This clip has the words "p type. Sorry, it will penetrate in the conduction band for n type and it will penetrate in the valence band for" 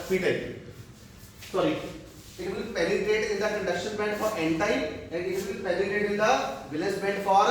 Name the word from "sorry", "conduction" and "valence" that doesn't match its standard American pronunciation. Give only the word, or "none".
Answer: valence